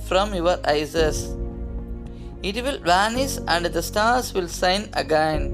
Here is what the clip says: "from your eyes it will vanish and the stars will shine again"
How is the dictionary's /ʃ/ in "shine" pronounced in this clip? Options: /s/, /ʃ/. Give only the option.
/s/